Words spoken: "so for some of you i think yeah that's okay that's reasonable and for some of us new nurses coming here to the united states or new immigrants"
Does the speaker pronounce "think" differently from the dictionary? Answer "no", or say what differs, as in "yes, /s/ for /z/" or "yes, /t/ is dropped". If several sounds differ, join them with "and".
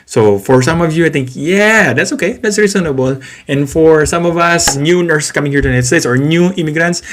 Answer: yes, /t/ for /θ/